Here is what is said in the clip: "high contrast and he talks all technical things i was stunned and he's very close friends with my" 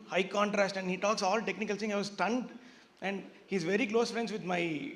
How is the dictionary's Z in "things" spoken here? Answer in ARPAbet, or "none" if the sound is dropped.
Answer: none